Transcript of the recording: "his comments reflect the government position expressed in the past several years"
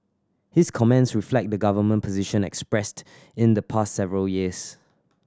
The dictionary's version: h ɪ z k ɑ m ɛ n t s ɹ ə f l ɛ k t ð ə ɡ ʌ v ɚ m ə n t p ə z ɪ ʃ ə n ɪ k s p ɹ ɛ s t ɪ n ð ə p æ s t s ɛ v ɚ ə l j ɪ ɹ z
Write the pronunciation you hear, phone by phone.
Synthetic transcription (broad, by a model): h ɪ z k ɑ m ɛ n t s ɹ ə f l ɛ k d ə ɡ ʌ v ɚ m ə n p ə z ɪ ʃ ə n ɪ k s p ɹ ɛ s t ɪ n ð ə p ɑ s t s ɛ v ɚ ə l j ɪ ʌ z